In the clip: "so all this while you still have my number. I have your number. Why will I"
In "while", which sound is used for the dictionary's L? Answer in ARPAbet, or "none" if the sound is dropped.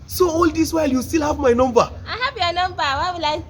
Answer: L